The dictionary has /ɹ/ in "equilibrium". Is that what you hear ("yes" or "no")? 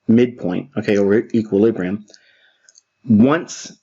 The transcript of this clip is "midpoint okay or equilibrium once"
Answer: yes